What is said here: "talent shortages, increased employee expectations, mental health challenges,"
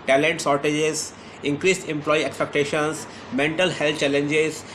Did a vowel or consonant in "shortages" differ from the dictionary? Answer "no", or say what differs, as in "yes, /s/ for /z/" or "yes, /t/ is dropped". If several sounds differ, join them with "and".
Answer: yes, /s/ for /ʃ/